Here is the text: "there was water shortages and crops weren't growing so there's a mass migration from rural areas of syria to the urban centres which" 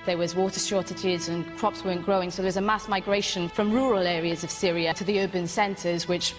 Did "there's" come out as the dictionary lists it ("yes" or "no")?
no